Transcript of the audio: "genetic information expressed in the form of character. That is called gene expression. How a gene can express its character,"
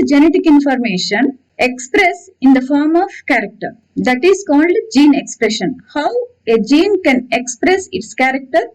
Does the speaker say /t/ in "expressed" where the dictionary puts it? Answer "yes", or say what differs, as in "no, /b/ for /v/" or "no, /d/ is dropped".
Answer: no, /t/ is dropped